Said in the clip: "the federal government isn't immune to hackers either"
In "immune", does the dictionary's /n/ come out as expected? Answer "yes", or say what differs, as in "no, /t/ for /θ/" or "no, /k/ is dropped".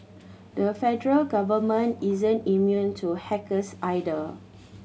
yes